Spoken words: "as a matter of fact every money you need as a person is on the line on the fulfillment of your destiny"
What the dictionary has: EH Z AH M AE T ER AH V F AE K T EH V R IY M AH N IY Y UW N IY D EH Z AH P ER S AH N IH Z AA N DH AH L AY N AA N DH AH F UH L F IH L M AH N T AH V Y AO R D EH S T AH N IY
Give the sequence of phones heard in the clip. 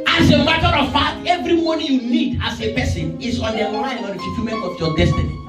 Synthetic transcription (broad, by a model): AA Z AH M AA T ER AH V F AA T EH V R IY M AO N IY Y UW N IY D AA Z AH P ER S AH N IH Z AA N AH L AY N AA N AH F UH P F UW M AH N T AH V Y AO D EH S T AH N IY